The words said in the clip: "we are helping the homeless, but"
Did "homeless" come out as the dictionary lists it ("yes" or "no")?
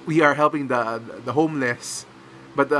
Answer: yes